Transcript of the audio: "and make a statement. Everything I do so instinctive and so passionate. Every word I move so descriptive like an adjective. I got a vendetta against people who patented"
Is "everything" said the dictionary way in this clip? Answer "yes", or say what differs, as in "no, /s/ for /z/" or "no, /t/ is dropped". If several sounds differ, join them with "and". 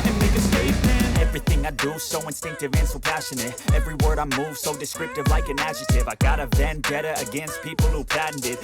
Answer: yes